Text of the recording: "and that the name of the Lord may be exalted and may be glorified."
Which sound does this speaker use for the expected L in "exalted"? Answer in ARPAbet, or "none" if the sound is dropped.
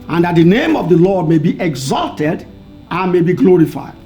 L